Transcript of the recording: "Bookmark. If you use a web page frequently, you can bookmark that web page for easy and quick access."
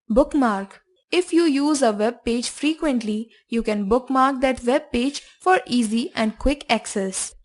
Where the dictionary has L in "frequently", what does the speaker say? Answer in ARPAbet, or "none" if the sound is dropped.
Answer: L